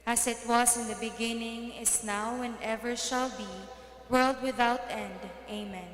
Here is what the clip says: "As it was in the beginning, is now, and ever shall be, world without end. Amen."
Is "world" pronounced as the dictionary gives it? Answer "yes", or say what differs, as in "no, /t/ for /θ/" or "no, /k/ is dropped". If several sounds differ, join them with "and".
yes